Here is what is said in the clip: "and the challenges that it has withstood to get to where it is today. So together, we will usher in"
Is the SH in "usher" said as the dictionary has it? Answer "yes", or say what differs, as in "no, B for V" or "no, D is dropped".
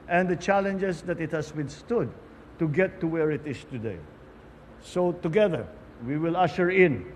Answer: yes